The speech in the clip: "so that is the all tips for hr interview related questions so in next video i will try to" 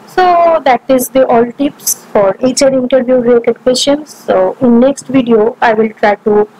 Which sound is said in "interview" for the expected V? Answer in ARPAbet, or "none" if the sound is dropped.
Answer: V